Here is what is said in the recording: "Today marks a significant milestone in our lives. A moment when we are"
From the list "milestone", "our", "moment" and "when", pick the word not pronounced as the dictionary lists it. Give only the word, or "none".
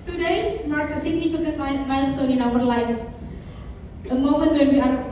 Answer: milestone